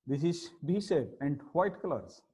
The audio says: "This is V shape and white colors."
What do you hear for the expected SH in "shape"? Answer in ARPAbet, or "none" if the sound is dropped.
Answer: S